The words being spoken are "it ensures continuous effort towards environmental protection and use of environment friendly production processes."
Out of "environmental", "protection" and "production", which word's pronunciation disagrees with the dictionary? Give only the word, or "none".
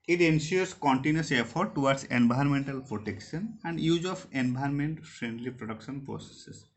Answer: environmental